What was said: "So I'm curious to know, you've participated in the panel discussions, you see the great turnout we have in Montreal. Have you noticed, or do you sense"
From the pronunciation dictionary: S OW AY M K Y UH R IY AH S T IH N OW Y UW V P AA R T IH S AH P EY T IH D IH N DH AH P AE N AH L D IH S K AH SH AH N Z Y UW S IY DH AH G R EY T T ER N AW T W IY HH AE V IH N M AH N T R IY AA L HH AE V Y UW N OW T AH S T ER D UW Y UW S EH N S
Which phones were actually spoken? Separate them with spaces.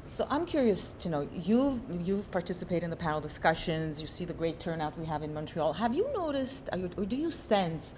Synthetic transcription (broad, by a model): S OW AY M K Y UH R IY AH S T IH N OW Y UW V P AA R T IH S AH P EY IH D IH N DH AH P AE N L D IH S K AH SH AH N Z Y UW S IY DH AH G R EY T T ER N AW T W IY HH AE V IH N M AH N T R IY AA L HH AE V Y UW N OW T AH S T ER D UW Y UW S EH N S